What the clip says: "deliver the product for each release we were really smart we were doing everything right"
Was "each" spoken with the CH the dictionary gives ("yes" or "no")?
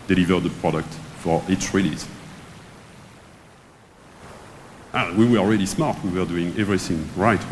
no